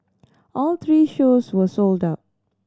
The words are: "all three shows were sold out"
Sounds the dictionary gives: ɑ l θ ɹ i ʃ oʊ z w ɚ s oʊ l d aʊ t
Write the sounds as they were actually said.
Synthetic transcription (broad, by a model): ɑ l t ɹ i ʃ oʊ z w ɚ s oʊ l d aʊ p